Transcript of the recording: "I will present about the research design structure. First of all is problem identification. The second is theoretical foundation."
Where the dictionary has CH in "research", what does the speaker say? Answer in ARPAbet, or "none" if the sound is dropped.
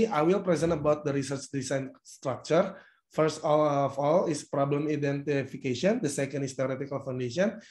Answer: CH